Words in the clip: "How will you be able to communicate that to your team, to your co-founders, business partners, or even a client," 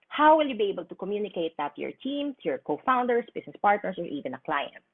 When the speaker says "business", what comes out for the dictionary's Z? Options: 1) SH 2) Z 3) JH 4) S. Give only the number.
4